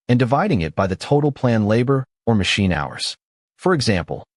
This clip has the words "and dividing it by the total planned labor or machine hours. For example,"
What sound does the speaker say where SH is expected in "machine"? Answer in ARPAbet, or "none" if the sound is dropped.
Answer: SH